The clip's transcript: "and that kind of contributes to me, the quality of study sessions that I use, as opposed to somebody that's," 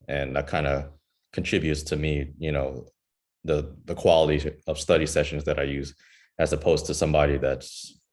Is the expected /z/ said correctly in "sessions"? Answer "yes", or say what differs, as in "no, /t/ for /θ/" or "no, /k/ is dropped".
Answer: yes